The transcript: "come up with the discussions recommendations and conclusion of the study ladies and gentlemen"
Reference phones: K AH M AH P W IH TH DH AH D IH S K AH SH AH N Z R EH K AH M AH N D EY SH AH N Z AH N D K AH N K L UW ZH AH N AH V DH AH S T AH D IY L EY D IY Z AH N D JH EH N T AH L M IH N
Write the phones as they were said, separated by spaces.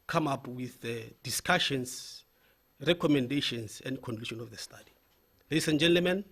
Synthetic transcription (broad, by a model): K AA M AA P W IH TH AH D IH S K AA SH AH N S R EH K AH M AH N D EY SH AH N S AH N D K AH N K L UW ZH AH N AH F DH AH S T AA D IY L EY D IY S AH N JH EH N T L M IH N